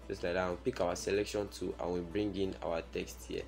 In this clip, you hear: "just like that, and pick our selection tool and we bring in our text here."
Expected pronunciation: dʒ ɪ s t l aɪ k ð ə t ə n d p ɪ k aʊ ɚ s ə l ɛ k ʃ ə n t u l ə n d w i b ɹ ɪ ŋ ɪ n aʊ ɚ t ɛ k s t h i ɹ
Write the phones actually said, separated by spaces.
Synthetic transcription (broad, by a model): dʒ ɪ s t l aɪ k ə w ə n p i k aʊ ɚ s ə l ɛ k ʃ ə n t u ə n w i b ɹ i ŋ ɪ n aʊ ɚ t ɛ k s t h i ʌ